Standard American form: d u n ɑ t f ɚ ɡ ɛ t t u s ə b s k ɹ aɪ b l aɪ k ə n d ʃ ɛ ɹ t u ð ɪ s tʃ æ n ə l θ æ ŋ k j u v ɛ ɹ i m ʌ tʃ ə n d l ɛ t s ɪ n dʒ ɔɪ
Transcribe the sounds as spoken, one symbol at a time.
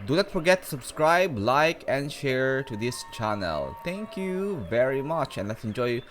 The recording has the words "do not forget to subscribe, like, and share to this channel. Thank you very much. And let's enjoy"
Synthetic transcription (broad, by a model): d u n ɑ t f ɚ ɡ ɛ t t u s ə b s k ɹ aɪ b l aɪ k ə n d ʃ ɛ ɹ t u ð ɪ s tʃ æ n ə l t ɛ ŋ k j u v ɛ ɹ i m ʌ tʃ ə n l ɛ t s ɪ n dʒ ɔɪ